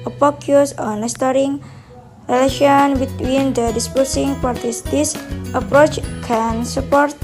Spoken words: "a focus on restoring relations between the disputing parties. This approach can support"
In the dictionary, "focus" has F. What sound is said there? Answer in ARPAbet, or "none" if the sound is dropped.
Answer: P